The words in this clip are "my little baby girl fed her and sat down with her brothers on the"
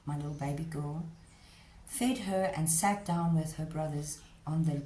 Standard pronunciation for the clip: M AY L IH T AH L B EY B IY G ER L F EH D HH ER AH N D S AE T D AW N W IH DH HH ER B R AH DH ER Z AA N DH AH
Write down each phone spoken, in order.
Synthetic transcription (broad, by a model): M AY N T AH L B EY B IY G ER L F EH D HH ER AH N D S AE T D AW N W IH DH HH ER B R AH DH ER Z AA N DH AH